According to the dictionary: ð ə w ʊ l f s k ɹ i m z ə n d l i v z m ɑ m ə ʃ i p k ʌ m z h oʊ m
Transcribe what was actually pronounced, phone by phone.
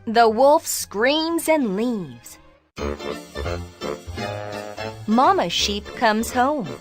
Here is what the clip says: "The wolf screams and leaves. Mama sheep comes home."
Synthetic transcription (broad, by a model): ð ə w ʊ l f s k ɹ i m z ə n l i v z m ɑ m ə ʃ i p k ʌ m z h oʊ m